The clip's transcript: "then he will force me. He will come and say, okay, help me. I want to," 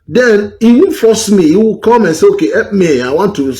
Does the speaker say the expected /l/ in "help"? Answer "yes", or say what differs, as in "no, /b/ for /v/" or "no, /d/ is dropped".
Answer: no, /l/ is dropped